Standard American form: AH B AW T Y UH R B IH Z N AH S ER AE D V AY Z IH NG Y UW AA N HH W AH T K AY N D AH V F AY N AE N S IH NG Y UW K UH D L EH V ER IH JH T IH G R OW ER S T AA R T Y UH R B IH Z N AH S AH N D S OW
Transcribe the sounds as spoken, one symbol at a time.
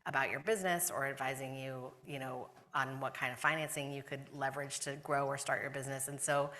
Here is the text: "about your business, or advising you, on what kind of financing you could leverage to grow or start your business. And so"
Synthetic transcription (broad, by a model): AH B AW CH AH R B IH Z N AH S ER AE D V AY Z IH NG Y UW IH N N W AH T K AY N D AH V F AY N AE N S IH NG Y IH K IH D L EH V ER IH JH T IH G R OW ER S T AA R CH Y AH R B IH Z N AH S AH N S OW